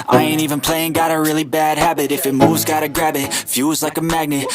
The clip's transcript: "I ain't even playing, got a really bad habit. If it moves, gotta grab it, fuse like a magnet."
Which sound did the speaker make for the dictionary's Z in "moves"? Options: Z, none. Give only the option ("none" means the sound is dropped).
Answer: Z